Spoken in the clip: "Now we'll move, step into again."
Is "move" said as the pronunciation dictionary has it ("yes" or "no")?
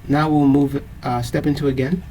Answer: yes